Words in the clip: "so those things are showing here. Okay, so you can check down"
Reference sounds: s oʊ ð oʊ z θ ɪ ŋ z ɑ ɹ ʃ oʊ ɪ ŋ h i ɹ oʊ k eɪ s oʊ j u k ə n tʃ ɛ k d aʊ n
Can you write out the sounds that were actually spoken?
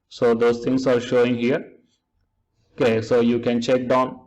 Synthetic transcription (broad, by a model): s oʊ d oʊ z t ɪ ŋ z ɑ ɹ ʃ oʊ ɪ ŋ h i ɹ oʊ k eɪ s oʊ j u k ə n tʃ ɛ k d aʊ n